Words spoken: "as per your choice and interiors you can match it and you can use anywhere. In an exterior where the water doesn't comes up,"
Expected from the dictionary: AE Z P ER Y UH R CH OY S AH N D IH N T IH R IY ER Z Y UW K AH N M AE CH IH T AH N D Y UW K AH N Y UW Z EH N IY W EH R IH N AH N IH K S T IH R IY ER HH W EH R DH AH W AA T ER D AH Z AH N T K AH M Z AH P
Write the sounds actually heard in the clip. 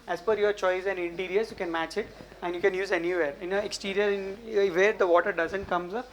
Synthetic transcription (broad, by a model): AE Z F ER Y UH R CH OY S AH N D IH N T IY R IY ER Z Y UW K AH N M AE CH IH T AH N D Y UW K AH N Y UW Z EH N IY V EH R IH N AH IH K S T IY R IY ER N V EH R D AH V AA T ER D AH Z AH N T K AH M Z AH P